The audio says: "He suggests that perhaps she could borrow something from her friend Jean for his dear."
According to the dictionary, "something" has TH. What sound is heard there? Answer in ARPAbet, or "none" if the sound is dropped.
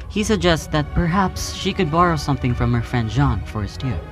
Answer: TH